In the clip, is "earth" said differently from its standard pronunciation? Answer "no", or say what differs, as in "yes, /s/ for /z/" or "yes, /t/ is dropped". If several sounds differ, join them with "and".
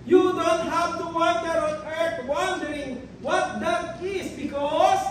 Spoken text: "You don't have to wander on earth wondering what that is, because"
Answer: yes, /t/ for /θ/